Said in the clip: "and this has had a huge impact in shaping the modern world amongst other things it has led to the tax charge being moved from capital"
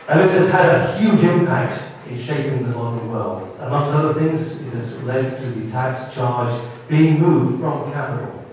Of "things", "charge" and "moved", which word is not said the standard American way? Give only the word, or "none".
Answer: none